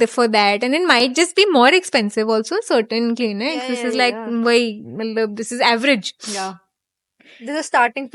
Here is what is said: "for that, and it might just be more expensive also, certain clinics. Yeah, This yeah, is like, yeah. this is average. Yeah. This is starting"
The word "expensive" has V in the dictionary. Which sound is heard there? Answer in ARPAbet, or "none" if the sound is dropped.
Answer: V